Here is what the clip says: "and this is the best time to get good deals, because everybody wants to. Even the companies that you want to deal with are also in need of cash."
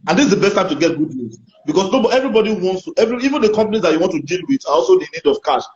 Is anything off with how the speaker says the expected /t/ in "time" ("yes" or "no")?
no